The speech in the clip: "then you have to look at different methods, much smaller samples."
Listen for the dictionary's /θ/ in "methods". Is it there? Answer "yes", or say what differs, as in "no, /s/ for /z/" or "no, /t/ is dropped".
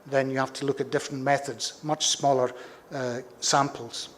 yes